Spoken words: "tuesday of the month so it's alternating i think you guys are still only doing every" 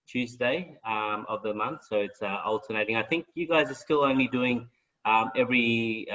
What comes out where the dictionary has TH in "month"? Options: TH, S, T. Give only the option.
TH